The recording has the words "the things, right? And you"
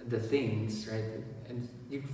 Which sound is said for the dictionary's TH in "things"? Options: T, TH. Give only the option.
TH